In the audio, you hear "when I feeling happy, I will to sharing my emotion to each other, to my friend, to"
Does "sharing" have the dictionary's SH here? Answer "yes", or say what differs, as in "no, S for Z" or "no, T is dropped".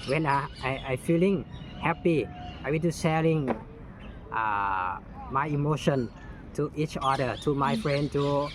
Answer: no, S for SH